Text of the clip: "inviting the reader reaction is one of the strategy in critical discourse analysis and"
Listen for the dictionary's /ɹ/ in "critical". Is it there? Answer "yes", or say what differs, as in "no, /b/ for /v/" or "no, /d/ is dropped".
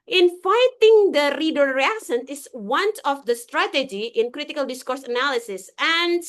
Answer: yes